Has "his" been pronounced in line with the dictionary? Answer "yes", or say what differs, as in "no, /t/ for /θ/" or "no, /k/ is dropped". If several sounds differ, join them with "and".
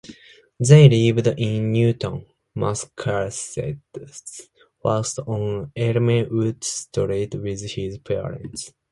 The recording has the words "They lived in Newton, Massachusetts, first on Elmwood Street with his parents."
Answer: yes